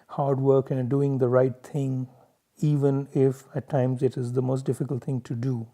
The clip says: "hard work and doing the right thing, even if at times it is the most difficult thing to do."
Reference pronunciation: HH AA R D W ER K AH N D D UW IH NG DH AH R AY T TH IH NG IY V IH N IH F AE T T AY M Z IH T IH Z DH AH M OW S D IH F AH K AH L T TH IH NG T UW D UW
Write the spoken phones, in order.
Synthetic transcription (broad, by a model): HH AA R D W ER K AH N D D UW IH NG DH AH R AY T T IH NG IY V IH N IH F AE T T AY M Z IH T IH Z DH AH M OW S D IH F AH K AH L T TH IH NG T UW D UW